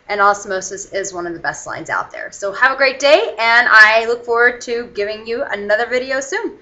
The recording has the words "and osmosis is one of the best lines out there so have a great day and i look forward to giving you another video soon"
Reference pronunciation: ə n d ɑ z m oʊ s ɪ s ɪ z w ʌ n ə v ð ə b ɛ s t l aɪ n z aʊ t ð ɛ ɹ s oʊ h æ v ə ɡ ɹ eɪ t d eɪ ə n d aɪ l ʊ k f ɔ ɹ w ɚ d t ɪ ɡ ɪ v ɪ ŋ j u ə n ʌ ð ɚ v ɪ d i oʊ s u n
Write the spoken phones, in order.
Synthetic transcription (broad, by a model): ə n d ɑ s m oʊ s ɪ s ɪ z w ʌ n ə v ð ə b ɛ s t l aɪ n z aʊ t ð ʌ ɹ s oʊ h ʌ v ə ɡ ɹ eɪ t d eɪ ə n aɪ l ʊ k f ɔ ɹ w ɚ d t ɪ ɡ ɪ v ɪ ŋ j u ə n ʌ ð ɚ v ɪ d i oʊ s u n